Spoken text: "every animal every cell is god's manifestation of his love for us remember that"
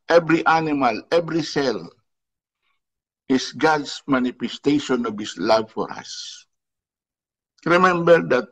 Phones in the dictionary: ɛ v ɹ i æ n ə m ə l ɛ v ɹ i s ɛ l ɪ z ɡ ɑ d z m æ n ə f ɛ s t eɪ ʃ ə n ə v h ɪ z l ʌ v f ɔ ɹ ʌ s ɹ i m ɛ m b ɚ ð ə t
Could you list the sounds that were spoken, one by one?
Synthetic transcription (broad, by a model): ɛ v ɹ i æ n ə m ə l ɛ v ɹ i s ɛ l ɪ s ɡ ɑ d s m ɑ n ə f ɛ s t eɪ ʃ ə n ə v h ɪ s l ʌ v f ɔ ɹ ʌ s ɹ i m ɛ m b ɚ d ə t